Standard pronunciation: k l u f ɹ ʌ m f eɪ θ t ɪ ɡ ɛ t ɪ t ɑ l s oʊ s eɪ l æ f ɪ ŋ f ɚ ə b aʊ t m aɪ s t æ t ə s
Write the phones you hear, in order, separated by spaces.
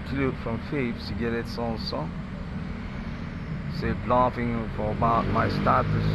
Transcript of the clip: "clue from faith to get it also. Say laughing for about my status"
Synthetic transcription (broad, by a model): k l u f ɹ ʌ m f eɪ s t ɪ ɡ ɛ t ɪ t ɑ n s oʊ s eɪ l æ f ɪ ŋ f ɚ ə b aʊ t m aɪ s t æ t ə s